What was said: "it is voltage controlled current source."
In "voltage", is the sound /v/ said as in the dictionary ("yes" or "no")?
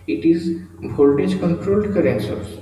no